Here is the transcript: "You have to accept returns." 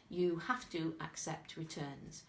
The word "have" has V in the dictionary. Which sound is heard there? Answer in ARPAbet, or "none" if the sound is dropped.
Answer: F